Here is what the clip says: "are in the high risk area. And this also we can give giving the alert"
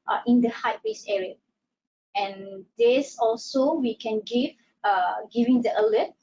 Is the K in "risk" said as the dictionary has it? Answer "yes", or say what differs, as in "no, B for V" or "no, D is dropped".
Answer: no, K is dropped